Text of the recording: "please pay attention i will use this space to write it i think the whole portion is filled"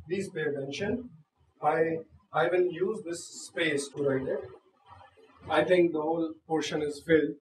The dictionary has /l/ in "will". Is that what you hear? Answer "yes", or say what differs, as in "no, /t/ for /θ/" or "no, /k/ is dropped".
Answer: no, /n/ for /l/